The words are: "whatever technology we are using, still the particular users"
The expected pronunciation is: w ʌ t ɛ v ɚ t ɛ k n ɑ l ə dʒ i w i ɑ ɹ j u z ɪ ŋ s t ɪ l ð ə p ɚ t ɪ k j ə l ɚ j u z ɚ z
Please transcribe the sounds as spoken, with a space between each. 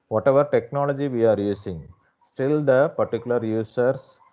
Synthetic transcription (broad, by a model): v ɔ t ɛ v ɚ t ɛ k n ɑ l ə dʒ i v i ɑ ɹ j u s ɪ ŋ s t ɪ l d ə p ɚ t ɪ k j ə l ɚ j u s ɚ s